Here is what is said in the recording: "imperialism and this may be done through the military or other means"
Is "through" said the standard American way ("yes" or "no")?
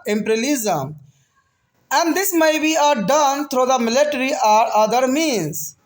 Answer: no